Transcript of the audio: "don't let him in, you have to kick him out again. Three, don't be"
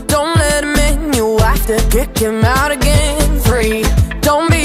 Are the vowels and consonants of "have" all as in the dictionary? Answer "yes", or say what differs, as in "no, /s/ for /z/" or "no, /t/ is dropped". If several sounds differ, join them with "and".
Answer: no, /f/ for /v/